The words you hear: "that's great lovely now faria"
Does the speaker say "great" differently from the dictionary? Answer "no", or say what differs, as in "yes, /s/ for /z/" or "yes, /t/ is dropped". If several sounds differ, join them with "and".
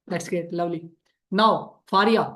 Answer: yes, /ɹ/ is dropped